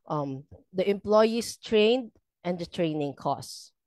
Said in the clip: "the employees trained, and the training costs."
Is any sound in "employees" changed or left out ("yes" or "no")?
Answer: yes